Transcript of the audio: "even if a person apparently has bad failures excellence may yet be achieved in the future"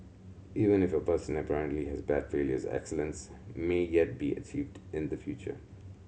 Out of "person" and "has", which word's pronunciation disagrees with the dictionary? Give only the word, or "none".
none